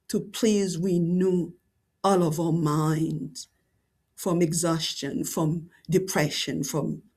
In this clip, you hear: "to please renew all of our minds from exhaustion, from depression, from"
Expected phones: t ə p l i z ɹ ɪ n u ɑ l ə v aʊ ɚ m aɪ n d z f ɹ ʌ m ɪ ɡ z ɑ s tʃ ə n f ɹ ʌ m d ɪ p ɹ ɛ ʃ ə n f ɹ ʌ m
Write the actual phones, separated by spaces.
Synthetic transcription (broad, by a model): t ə p l i z w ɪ n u ɑ l ə v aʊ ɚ m aɪ n d z f ɹ ʌ m ɪ ɡ z ɑ s tʃ ə n f ɹ ʌ m d ɪ p ɹ ɛ ʃ ə n f ɹ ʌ m